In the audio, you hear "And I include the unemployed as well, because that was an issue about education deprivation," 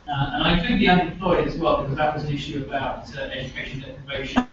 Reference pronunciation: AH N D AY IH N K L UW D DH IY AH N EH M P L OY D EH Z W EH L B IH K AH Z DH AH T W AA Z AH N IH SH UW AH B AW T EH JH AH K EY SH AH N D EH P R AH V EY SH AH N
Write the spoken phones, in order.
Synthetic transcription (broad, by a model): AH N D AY IH K UW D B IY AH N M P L OY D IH Z W EH L B IH K AH Z DH AH T W AA Z AH N IH SH UW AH B AW T EH JH AH K EY SH AH N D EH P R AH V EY SH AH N